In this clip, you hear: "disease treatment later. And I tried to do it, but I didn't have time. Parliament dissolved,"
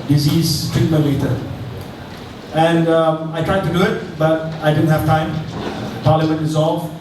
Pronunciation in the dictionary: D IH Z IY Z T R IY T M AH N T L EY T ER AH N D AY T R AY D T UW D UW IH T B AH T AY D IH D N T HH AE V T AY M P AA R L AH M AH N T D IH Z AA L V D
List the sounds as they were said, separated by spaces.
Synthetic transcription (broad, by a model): D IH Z IY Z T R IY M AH T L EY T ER AH N D AY T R AY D T UW D UW IH T B AH T AY D IH D N T HH AE V T AY M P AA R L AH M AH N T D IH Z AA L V